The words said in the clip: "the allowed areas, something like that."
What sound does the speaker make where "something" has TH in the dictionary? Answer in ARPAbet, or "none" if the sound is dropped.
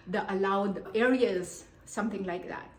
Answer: T